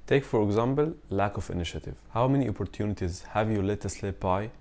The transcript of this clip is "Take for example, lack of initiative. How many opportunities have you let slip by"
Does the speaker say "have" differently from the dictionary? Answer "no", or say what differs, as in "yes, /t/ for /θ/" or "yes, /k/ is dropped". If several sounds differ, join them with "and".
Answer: no